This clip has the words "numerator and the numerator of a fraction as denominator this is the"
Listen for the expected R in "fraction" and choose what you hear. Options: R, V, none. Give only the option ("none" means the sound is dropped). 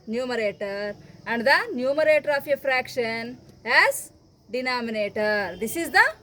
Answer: R